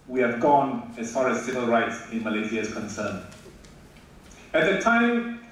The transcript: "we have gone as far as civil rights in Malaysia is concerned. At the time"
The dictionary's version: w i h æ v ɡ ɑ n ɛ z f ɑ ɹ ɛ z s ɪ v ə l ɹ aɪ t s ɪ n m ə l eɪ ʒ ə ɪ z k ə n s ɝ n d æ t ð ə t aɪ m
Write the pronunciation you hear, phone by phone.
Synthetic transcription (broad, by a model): w i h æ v ɡ ɑ n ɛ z f ɑ ɹ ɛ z s ɪ v ə l ɹ aɪ t s ɪ n m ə l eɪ s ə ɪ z k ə n s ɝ n æ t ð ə t aɪ m